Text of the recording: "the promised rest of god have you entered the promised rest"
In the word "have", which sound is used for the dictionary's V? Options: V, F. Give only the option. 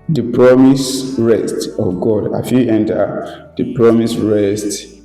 F